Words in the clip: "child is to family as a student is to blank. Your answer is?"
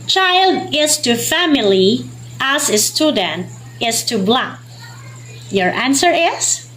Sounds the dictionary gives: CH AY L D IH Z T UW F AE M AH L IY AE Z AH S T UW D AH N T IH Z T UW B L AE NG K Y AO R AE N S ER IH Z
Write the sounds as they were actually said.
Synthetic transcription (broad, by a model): CH AY L D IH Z T UW F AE M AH L IY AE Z AH S T UW D AH N T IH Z T UW B L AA K Y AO R AE N S ER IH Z